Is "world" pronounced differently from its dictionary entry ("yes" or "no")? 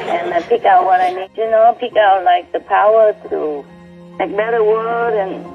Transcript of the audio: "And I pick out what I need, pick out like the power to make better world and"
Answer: yes